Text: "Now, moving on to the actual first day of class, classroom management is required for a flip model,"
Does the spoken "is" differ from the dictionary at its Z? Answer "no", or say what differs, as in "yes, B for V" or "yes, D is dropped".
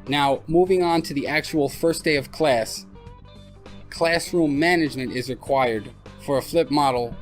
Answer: no